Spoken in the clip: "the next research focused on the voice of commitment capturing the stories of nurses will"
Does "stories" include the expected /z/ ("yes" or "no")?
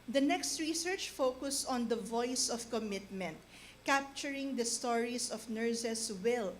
no